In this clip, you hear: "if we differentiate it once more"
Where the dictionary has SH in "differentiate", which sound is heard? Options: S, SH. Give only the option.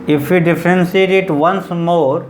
S